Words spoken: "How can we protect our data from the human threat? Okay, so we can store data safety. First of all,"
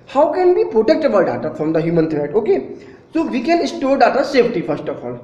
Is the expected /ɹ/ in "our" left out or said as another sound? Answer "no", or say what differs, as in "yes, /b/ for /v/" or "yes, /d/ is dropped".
yes, /l/ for /ɹ/